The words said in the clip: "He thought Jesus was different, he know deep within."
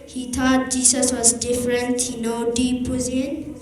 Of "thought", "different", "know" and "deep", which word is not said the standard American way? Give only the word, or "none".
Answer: thought